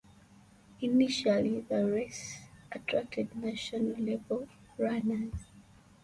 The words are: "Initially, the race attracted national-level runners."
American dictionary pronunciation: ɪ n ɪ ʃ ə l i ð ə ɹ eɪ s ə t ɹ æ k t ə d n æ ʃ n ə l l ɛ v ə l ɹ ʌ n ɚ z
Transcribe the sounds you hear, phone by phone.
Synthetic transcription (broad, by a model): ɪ n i ʃ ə l i ð ə ɹ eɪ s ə t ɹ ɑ k t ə d n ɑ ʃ ə n l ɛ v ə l ɹ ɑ n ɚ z